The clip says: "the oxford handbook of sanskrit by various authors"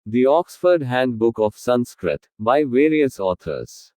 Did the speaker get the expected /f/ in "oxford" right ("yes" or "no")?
yes